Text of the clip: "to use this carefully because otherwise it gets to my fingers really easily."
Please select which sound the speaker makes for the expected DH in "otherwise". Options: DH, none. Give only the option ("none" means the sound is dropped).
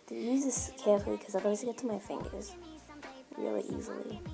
none